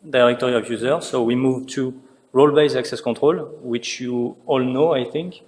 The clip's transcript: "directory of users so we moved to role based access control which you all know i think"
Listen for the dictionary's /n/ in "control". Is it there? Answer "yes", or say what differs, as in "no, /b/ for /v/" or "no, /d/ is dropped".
no, /n/ is dropped